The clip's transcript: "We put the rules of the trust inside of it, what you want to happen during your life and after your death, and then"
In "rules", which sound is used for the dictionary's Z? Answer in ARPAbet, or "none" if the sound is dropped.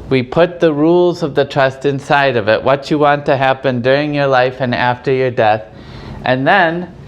Z